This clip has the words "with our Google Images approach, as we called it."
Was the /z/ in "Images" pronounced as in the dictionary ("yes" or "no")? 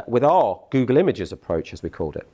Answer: yes